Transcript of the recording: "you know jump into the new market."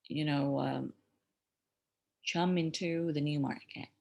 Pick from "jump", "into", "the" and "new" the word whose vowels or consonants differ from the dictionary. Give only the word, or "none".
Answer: jump